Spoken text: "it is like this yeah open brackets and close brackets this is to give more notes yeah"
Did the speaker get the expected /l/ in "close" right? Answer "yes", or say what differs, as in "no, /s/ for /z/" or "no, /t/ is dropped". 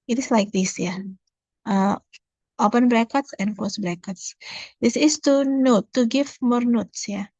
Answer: no, /l/ is dropped